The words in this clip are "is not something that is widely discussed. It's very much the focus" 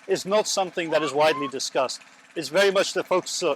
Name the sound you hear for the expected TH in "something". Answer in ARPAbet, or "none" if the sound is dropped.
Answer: TH